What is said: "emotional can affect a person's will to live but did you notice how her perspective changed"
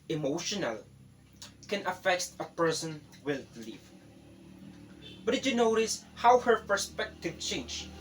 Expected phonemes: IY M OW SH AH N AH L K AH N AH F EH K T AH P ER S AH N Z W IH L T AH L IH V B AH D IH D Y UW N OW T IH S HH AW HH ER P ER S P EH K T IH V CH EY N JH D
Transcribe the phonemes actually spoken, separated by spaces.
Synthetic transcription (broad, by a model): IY M OW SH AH N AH L K AH N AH F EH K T AH P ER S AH N W IH L L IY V B AH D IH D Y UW N OW T IH S HH AW HH ER P ER S P EH K T IH V CH EY N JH